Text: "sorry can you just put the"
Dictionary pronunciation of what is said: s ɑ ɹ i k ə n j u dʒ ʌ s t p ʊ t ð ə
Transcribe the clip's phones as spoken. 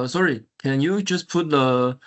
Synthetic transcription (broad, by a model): s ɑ ɹ i k ə n j u dʒ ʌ s p ʊ t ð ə